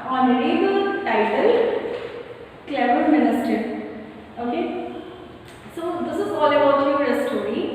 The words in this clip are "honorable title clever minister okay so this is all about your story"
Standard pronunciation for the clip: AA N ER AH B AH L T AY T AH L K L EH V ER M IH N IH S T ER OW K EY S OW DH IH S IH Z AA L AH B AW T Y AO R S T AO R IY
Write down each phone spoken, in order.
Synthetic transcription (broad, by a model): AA N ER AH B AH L T AY T AH L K L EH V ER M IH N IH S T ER OW K EY S OW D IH S IH Z AA L AH B AW T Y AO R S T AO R IY